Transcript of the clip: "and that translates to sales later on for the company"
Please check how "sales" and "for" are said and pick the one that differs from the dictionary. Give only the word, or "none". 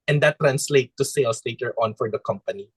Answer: sales